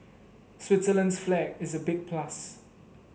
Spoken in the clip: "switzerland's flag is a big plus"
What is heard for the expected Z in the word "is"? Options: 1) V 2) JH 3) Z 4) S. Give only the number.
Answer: 3